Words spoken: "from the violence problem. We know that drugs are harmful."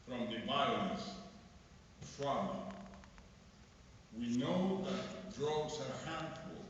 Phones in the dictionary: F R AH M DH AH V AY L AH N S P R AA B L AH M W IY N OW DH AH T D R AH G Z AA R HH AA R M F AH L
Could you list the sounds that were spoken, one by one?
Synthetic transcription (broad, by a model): F R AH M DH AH B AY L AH S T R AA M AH W IY N OW DH AH T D R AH G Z AA R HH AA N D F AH L